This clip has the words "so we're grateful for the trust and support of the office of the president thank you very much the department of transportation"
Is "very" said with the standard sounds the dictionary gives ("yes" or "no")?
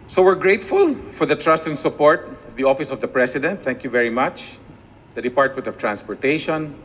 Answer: yes